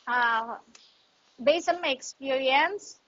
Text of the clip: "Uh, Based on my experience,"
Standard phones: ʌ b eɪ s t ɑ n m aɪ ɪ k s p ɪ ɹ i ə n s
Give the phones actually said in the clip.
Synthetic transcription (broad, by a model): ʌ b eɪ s ɑ n m aɪ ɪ k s p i ɹ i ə n s